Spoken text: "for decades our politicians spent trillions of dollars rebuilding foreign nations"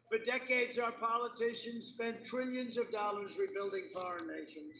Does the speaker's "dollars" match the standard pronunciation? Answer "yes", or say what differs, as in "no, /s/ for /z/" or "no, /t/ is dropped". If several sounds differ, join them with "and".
yes